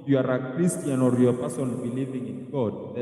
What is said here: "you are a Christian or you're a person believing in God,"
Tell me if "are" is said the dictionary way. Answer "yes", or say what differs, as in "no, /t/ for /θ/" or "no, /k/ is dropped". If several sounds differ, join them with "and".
yes